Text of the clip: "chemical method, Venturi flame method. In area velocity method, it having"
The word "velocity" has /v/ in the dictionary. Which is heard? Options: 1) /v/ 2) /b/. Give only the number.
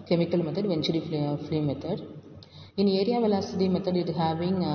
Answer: 1